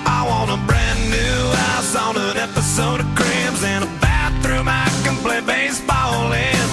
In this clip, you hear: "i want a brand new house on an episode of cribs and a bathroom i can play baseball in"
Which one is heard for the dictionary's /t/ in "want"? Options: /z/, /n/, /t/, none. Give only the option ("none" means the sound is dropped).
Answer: none